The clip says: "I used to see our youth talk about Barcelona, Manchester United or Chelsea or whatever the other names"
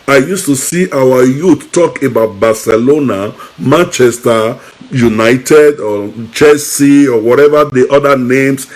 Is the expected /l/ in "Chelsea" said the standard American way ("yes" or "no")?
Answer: no